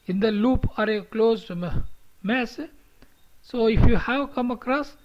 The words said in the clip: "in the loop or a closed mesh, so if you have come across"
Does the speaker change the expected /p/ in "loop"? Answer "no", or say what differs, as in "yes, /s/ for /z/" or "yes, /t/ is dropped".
no